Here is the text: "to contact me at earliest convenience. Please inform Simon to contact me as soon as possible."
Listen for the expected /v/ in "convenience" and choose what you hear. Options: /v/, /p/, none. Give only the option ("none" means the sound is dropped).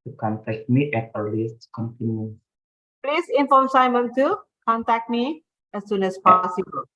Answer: /p/